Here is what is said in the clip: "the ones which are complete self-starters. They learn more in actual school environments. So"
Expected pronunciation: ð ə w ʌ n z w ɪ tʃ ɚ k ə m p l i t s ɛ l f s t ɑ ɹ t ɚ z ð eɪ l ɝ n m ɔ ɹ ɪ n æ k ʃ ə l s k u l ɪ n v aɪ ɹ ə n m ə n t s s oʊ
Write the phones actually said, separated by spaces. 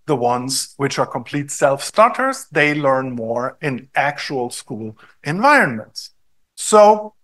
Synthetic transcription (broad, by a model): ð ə w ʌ n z w ɪ tʃ ɚ k ə m p l i t s ɛ l f s t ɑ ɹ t ɚ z ð eɪ l ɝ n m ɔ ɹ ɪ n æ k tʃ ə l s k u l ɪ n v aɪ ɹ ə n m ə n t s s oʊ